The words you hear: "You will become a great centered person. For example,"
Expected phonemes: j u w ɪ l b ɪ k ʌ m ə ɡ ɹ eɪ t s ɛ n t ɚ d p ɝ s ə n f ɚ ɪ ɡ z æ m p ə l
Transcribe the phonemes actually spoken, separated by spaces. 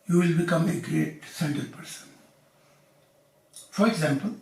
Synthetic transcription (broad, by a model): j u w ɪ l b ɪ k ʌ m ə ɡ ɹ eɪ t s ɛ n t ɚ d p ɝ s ə n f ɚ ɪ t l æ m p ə